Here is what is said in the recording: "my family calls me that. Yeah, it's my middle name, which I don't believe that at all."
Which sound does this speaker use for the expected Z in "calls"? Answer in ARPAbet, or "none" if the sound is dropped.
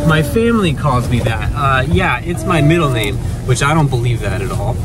Z